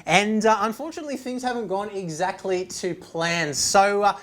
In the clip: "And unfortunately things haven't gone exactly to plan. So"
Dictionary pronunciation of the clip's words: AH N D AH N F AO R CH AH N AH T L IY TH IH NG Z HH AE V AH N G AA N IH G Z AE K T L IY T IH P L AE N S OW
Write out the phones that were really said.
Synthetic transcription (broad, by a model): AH N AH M F AO R CH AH N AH T L IY TH IH NG Z HH AE V AH N G AA N IH G Z AE K T L IY T IH P L AE N S OW